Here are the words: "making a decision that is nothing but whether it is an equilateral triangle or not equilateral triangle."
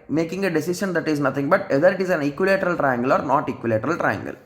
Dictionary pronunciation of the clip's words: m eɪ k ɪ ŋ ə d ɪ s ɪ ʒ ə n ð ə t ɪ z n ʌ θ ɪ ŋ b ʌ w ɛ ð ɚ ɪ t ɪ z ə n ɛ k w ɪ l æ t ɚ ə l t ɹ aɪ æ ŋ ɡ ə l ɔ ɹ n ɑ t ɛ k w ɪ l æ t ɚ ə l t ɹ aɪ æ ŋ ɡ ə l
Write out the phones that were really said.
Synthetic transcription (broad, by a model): m eɪ k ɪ ŋ ə d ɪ s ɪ ʃ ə n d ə t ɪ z n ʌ t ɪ ŋ b ʌ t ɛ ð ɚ ɪ t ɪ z ə n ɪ k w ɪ l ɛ t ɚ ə l t ɹ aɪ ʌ ŋ ɡ ə l ɔ ɹ n ɑ t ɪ k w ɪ l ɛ t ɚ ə l t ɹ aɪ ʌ ŋ ɡ ə l